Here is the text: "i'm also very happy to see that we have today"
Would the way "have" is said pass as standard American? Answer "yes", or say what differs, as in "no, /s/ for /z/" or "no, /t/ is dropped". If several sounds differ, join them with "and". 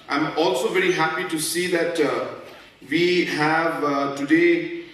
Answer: yes